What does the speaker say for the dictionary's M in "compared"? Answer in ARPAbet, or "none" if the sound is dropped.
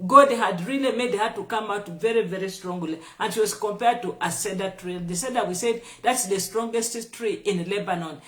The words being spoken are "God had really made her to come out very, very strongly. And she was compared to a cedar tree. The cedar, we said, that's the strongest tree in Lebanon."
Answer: M